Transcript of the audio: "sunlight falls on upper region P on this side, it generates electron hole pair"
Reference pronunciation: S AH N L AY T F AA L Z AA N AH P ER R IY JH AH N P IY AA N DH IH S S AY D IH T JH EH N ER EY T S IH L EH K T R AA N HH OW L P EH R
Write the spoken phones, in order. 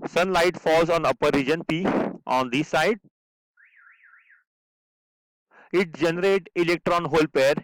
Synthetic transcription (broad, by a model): S AH N L AY T F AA L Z AA N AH P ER R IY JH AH N P IY AA N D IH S S AY D IH T JH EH N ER EY T IH L EH K T R AA N HH OW L P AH R